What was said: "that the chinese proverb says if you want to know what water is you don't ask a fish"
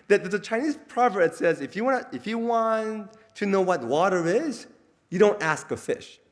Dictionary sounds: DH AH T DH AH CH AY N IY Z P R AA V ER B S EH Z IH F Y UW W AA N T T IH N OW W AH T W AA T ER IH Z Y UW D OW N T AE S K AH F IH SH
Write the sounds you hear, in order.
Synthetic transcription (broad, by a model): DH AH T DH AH CH AY N IY Z P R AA V ER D S EH Z IH F Y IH W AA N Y T IH N OW W AH T W AA T ER IH Z Y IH D OW N T AE S K AH F IH SH